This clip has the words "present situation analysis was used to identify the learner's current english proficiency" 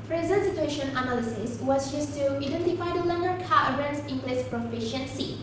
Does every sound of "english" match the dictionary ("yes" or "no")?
no